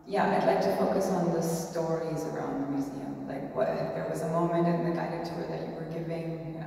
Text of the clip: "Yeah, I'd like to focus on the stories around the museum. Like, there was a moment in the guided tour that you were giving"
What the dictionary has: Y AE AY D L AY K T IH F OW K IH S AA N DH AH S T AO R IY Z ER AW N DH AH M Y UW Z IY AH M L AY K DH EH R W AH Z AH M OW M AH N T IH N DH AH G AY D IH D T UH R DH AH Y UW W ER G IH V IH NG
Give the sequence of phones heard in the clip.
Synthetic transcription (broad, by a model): Y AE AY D L AY K T IH F OW K IH S N DH AH S T AO R IY Z ER AW N DH AH M Y UW Z IY AH M L AY K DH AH R W AH Z AH M OW M AH N T IH N DH AH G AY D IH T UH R DH AH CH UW W ER G IH V IH NG